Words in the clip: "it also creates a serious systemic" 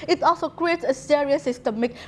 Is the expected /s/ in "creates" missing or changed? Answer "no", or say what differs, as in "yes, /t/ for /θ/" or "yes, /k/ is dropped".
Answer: no